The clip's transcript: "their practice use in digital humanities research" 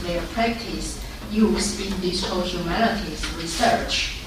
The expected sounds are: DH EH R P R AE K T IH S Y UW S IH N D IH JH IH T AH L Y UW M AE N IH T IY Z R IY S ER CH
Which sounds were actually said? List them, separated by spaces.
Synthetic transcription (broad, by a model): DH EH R P R AE K T IH S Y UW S IH N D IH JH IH S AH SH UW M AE L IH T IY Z R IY S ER CH